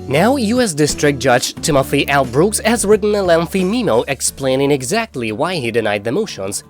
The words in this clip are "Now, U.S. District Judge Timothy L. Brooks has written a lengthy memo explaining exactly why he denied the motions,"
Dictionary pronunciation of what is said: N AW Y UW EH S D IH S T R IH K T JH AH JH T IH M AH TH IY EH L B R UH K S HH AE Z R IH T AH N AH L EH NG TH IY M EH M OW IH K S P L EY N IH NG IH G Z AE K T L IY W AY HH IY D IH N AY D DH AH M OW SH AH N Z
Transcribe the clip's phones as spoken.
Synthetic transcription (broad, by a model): N AW Y UW EH S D IH S T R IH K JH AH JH T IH M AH F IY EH L B R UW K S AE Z R IH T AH N AH L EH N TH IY M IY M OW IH K S P L EY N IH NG IH G Z AE K T L IY W AY HH IY D IH N AY D DH AH M OW SH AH N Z